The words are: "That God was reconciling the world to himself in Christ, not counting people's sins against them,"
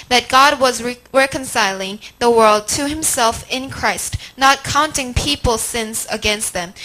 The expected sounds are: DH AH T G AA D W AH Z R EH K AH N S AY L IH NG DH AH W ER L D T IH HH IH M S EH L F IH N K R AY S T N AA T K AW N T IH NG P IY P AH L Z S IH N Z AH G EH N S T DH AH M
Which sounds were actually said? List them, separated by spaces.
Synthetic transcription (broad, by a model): DH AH T G AA D W AH Z R EH K AH N S AY L IH NG DH AH W ER L D T IH HH IH M S EH L F IH N K R AY S T N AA T K AW N T IH NG P IY P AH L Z S IH N Z AH G EH N S T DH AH M